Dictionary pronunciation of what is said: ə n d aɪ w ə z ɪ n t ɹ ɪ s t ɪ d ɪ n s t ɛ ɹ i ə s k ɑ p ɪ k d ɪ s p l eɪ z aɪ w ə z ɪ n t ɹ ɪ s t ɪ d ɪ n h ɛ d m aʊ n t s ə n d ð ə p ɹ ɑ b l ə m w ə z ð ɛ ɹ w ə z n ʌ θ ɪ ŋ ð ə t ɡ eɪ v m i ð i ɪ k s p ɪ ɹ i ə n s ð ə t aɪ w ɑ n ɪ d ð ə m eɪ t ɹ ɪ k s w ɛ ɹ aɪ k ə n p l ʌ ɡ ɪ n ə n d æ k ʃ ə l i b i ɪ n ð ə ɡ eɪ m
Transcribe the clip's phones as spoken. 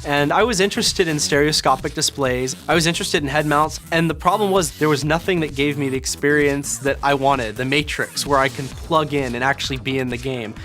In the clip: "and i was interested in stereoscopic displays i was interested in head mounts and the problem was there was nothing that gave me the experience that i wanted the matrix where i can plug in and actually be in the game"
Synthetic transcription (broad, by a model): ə n aɪ w ə z ɪ n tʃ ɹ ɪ s t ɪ d ɪ n s t ɛ ɹ i ə s k ɑ p ɪ k d ɪ s p l eɪ z aɪ w ə z ɪ n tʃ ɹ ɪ s t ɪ d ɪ n h ɛ d m aʊ n t s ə n ð ə p ɹ ɑ b l ə m w ə z ð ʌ ɹ w ə z n ʌ θ ɪ ŋ ð ə t ɡ eɪ v m i ð i ɪ k s p ɪ ɹ i ə n s ð ə t aɪ w ɑ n ɪ d ð ə m eɪ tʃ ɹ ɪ k s w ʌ ɹ aɪ k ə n p l ʌ ɡ ɪ n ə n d æ k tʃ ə l i b i ɪ n ð ə ɡ eɪ m